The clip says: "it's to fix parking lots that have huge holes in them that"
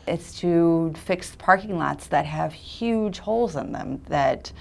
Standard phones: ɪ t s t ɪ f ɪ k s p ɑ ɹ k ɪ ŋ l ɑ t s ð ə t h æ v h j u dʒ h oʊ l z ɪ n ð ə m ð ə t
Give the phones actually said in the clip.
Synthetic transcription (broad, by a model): ɪ t s t ɪ f ɪ k s p ɑ ɹ k ɪ ŋ l ɑ t s ð ə t h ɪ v h j u dʒ h oʊ l z ɪ n ð ə m ð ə t